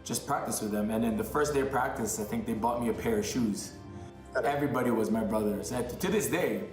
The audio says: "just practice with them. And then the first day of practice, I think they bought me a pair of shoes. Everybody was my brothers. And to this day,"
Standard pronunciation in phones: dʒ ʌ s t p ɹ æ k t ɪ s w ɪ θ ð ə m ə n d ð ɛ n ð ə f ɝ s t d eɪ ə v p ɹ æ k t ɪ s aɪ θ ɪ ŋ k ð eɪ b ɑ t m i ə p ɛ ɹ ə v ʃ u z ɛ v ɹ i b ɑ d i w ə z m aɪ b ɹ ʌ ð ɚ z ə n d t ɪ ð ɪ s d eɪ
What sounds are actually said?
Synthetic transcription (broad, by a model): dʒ ʌ s p ɹ æ k t ɪ s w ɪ ð ə m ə n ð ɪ n ð ə f ɝ s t d eɪ ə v p ɹ æ k t ɪ s aɪ θ ɪ ŋ k ð eɪ b ɑ t m i ə p ɛ ɹ ə v ʃ u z ɛ v ɹ i b ɑ d i w ə z m aɪ b ɹ ʌ ð ɚ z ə t ɪ ð ɪ s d eɪ